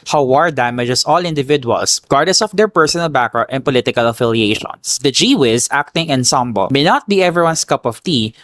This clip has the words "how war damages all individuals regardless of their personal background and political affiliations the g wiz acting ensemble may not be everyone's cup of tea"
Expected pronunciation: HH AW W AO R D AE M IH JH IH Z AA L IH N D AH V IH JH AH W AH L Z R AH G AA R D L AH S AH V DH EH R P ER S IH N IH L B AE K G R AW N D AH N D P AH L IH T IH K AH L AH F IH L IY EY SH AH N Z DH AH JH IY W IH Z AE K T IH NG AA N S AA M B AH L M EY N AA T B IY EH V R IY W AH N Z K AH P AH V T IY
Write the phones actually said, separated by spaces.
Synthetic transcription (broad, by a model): HH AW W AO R D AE M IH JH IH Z AA L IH N D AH V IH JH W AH L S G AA R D AH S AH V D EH R P ER S IH N IH L B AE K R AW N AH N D P AH L IH T IH K AH L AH F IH L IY EY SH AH N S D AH JH IY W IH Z AE K T IH NG AA N S AA M B AH L M EY N AA T B IY EH V R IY W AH N S K AH P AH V T IY